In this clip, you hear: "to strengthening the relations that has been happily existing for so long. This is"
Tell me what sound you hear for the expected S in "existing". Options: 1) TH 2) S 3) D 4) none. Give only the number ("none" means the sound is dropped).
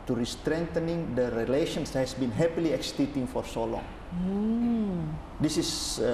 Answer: 4